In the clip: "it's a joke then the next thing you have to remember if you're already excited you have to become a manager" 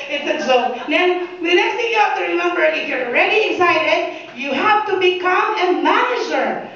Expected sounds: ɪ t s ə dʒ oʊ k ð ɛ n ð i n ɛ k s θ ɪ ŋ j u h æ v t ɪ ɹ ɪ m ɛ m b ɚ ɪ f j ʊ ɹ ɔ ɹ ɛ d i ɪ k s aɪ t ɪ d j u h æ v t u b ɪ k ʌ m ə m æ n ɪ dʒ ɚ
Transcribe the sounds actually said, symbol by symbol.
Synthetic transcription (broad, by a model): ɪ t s ə z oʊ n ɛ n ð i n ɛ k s t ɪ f j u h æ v t ɪ ɹ ɪ m ɛ m b ɚ ɪ f j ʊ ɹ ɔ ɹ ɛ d i ɪ k s aɪ t ɪ d j u h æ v t u b ɪ k ʌ m ə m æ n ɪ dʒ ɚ